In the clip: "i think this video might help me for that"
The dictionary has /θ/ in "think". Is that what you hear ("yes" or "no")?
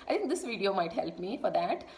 no